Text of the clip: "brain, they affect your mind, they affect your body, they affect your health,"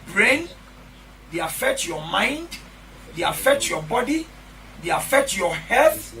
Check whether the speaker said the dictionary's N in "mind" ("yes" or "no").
yes